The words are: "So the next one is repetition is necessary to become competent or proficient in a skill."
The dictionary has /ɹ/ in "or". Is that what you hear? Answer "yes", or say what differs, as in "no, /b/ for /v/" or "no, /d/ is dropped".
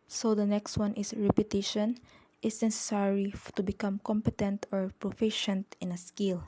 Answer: yes